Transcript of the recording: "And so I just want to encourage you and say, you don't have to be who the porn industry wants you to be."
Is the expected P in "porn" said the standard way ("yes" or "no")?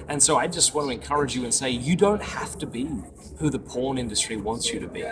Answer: yes